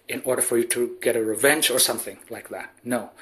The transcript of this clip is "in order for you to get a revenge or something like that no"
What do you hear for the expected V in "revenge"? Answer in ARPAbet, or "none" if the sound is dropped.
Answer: V